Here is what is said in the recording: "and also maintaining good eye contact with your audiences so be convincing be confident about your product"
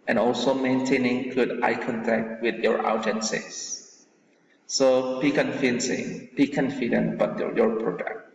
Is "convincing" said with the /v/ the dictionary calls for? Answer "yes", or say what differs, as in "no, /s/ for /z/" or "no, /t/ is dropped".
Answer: no, /f/ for /v/